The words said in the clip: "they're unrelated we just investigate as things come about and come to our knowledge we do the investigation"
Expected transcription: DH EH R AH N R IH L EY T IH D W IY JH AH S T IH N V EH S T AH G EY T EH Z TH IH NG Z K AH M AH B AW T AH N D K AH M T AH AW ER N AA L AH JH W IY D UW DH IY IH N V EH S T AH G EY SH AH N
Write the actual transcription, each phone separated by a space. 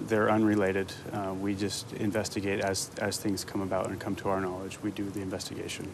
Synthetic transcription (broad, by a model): DH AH R AH N R IH L EY T IH D W IY JH AH S T IH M V EH S T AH G EY T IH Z TH IH NG Z K AH M AH B AW T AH N K AH M T AH AW ER N AA L AH JH W IY D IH DH IY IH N V EH S T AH G EY SH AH N